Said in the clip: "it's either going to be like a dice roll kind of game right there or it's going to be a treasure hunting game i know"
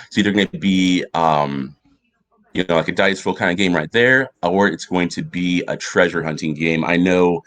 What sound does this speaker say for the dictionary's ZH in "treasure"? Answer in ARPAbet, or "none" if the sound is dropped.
ZH